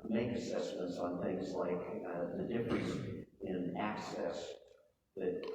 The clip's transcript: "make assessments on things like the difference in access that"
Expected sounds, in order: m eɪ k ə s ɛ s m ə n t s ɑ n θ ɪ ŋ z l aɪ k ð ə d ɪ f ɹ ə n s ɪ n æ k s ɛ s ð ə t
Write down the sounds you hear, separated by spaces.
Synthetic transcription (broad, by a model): m eɪ k ə s ɛ s m ə n t s n θ ɪ ŋ z l aɪ k ð ə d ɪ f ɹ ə s ɪ n æ k s ɛ s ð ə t